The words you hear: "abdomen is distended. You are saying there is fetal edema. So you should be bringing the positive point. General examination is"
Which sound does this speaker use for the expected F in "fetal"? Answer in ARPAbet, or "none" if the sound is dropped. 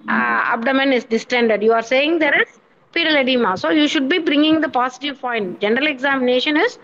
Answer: P